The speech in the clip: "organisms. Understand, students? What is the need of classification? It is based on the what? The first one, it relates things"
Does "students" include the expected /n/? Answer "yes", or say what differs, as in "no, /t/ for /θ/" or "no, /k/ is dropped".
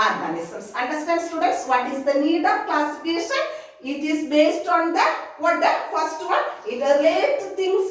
yes